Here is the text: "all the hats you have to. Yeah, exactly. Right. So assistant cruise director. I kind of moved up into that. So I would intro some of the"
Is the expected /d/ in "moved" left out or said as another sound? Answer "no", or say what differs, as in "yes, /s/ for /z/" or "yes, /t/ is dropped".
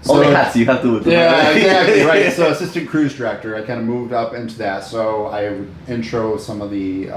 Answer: no